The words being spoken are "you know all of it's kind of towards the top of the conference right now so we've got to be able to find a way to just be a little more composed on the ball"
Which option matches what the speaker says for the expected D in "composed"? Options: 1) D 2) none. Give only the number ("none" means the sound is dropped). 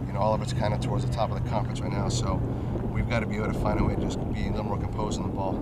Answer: 2